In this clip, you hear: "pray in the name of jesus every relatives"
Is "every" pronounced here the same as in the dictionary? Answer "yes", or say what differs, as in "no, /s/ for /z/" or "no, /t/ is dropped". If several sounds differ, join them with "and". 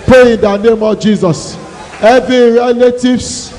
no, /ɹ/ is dropped